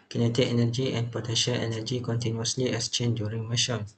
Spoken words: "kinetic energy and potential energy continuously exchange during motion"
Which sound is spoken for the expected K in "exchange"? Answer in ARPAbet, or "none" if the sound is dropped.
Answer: none